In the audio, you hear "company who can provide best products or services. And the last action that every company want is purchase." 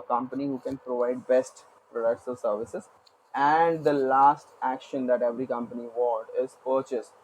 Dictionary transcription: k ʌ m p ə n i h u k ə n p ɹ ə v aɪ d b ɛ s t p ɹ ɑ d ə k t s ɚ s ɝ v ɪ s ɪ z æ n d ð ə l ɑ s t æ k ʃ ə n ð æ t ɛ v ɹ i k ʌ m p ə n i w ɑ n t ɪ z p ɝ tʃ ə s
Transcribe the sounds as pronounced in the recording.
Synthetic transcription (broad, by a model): k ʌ m p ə n i h u k ə n p ɹ ə v aɪ d b ɛ s t p ɹ ɑ d ə k t s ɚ s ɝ v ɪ s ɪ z æ n d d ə l ɑ s t æ k ʃ ə n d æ t ɛ v ɹ i k ʌ m p ə n i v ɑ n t ɪ z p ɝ tʃ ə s